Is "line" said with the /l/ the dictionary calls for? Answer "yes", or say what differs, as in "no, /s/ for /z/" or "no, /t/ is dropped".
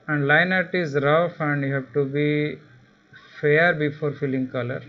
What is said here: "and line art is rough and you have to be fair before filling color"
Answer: yes